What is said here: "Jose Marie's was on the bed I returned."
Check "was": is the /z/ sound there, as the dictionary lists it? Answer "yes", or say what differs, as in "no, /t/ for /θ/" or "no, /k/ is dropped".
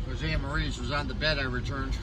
yes